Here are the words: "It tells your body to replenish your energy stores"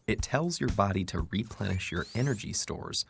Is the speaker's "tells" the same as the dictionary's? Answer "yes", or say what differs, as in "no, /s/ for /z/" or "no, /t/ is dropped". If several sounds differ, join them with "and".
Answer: yes